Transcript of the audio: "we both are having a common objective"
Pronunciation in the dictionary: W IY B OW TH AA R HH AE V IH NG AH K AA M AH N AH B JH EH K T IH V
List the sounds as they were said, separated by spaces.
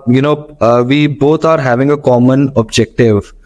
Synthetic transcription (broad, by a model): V IY B OW T AA R HH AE V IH NG AH K AA M AH N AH B JH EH K T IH V